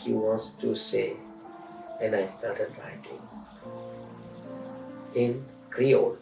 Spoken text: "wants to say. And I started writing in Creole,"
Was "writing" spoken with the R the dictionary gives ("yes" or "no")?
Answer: no